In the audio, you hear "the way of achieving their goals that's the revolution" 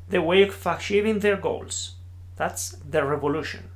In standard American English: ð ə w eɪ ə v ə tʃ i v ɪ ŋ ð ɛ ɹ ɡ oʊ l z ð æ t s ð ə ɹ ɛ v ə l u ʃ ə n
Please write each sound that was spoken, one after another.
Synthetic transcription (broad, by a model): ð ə w eɪ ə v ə ʃ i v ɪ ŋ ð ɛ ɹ ɡ oʊ l s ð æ t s ð ə ɹ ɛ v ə l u ʃ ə n